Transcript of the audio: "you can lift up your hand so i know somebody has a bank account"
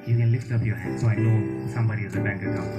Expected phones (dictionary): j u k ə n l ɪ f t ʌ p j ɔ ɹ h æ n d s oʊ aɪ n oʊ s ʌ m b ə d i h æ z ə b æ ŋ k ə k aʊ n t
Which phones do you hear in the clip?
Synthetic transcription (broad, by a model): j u k ə n l ɪ f t ʌ p j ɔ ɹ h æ d s oʊ aɪ n oʊ s ʌ m b ə d i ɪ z ə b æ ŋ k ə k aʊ